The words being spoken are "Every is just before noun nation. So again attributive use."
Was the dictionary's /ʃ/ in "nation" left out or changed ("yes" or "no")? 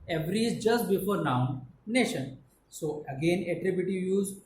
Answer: no